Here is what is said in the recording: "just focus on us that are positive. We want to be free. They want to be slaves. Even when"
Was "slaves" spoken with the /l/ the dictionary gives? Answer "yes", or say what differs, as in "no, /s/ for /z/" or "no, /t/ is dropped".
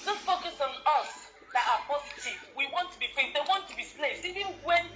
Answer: no, /n/ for /l/